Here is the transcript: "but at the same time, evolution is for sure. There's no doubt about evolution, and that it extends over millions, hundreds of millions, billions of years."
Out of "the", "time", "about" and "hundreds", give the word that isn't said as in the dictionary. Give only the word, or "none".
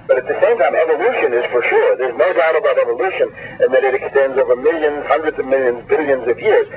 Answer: none